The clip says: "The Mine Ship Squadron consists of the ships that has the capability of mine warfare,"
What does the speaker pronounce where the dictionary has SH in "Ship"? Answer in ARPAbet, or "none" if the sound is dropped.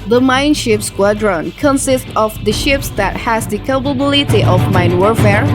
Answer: SH